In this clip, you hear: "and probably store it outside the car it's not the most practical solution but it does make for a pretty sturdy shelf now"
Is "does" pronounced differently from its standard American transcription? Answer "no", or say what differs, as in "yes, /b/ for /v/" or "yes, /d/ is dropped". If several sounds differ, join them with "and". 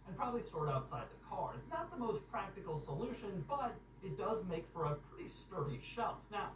no